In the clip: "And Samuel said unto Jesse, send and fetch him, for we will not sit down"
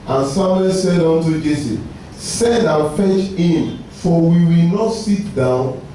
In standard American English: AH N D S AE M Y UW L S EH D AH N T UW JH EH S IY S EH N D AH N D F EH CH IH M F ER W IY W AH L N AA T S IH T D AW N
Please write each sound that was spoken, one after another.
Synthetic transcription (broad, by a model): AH N S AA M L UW S EH D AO N T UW JH EH S IY S EH N D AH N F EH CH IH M F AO W IY W AH L N AA T S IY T D AW N